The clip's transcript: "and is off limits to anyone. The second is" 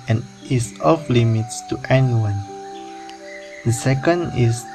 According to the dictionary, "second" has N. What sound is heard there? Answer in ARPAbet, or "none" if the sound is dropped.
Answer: N